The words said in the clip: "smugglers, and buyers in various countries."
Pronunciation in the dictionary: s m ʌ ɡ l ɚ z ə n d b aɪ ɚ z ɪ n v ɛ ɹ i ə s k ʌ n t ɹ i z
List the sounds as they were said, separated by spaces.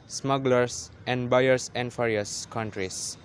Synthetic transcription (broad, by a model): s m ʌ ɡ l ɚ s ə n d b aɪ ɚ s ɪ n f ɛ ɹ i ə s k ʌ n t ɹ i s